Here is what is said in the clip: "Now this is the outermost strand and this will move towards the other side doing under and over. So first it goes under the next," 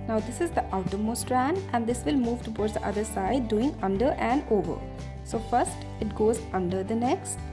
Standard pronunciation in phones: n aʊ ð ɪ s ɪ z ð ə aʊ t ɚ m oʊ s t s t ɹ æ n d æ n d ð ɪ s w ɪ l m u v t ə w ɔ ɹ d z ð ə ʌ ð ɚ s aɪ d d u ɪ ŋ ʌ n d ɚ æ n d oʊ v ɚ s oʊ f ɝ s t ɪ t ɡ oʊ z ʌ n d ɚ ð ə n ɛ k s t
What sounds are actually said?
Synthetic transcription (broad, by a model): n aʊ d ɪ s ɪ z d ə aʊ t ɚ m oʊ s s t ɹ æ n d æ n d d ɪ s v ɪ l m u v t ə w ɔ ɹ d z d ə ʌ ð ɚ s aɪ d d u ɪ ŋ ʌ n d ɚ æ n d oʊ v ɚ s oʊ f ɝ s t ɪ t ɡ oʊ z ʌ n d ɚ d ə n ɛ k s t